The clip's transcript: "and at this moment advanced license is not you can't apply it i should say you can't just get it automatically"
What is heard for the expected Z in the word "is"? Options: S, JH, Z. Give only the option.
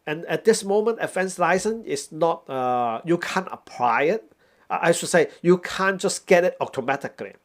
S